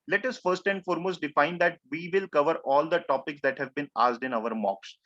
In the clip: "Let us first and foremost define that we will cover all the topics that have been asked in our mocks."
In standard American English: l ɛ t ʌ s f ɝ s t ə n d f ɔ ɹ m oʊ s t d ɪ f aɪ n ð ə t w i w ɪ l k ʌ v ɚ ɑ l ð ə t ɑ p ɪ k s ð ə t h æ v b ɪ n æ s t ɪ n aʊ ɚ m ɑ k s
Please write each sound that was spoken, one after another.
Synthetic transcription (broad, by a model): l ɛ t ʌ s f ɝ s t ə n d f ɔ ɹ m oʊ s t d ɪ f aɪ n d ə t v i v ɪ l k ʌ v ɚ ɑ l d ə t ɑ p ɪ k s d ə t h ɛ v b ɪ n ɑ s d ɪ n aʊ ɚ m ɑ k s